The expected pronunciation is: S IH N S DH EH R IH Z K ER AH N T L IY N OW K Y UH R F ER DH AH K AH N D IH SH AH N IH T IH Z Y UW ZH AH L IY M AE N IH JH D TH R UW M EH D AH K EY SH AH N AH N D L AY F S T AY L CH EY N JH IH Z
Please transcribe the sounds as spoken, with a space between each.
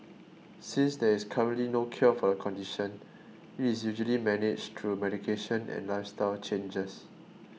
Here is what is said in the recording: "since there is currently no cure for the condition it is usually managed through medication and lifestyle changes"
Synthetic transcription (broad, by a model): S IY N S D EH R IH S K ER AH N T L IY N OW K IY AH F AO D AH K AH N D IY SH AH N IH T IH S Y UW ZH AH L IY M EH N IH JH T R UW M EH D AH K EY SH AH N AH N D L AY F S T AY L CH EY N JH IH S